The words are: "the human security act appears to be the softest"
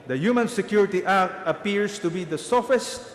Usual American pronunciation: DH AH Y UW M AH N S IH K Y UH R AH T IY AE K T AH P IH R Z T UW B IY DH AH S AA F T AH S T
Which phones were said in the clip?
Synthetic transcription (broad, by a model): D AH Y UW M AH N S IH K Y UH R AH T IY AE K T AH P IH R S T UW B IY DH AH S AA F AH S T